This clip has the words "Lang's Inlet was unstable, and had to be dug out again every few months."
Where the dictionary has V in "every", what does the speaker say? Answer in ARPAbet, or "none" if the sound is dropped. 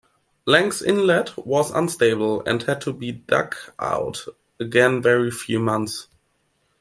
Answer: none